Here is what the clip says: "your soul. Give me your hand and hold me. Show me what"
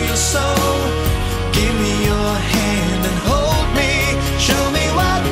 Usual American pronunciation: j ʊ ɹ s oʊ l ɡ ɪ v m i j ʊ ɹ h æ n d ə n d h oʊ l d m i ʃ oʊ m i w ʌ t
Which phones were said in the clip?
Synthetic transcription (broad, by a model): j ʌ ɹ s oʊ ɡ ɪ v m i j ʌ ɹ h æ n d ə n h oʊ l d m i ʃ oʊ m i w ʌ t